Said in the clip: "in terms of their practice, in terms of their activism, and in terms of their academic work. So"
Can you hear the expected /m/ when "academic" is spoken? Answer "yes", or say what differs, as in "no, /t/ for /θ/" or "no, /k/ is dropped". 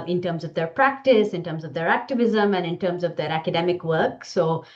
yes